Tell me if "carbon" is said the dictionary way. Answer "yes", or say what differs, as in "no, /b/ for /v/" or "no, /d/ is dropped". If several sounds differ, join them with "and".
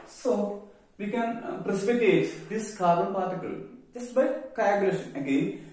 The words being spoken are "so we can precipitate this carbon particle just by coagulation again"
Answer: no, /b/ is dropped